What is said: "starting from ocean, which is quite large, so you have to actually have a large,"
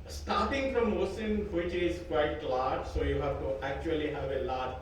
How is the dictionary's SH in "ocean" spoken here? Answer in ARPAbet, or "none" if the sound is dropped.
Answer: S